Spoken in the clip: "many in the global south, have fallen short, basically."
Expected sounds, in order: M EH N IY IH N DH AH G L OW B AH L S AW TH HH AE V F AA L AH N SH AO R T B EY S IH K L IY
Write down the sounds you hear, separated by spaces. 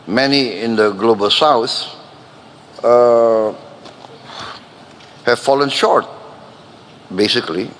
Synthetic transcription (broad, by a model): M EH N IY IH N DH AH G L OW B AH L S AW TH HH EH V F AA L AH N SH AO R T B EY S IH K L IY